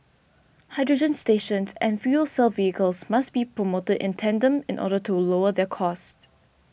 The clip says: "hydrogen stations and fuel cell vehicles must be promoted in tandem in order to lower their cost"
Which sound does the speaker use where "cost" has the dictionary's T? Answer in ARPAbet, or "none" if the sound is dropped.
T